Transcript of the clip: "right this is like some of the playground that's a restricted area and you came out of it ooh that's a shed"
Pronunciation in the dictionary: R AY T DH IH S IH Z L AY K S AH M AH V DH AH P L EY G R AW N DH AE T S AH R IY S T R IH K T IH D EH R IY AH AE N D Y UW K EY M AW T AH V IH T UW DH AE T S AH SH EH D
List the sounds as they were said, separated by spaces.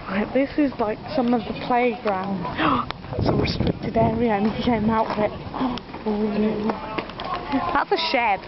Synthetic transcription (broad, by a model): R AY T DH IH S IH Z L AY K S AH M AH V DH AH P L EY G R AW N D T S AH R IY S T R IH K T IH D EH R IY AH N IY K EY M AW T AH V IH T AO DH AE T S AH SH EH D